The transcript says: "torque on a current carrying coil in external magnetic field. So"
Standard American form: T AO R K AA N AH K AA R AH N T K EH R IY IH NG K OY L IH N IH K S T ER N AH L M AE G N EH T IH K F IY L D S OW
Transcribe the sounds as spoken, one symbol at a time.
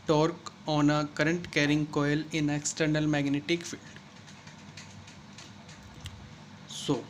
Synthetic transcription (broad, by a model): T AO R K AA N AH K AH R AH N T K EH R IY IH NG K OY L IH N IH K S T ER N AH L M AE G N EH T IH K F IY L D S OW